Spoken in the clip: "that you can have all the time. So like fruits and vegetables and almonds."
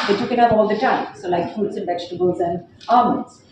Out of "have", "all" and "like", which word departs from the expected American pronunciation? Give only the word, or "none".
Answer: have